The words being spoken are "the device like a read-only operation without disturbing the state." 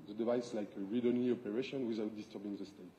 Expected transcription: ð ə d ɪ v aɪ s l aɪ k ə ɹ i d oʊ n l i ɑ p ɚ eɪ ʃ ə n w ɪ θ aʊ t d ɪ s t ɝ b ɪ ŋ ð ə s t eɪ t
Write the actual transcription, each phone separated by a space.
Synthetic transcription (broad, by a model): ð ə d ɪ v aɪ s l aɪ k ə ɹ i d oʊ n i ɑ p ɚ eɪ ʃ ə n w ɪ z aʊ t d ɪ s t ɝ b ɪ ŋ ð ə s t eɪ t